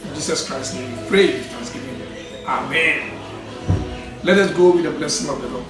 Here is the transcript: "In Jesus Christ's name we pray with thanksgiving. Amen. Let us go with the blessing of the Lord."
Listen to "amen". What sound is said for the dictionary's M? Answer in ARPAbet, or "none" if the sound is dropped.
M